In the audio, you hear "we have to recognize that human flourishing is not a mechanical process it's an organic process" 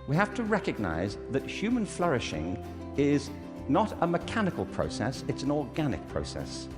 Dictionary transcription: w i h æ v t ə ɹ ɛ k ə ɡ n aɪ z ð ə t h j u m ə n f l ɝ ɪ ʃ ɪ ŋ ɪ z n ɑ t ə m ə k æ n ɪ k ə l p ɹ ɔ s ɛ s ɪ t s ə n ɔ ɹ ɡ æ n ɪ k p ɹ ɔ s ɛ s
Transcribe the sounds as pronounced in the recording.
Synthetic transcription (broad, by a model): w i h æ f t ə ɹ ɛ k ə ɡ n aɪ z ð ə t h j u m ə n f l ɝ ɪ ʃ ɪ ŋ ɪ z n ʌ t ə m ə k æ n ɪ k ə l p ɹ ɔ s ɛ s ɪ t s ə n ɔ ɹ ɡ æ n ɪ k p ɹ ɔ s ɛ s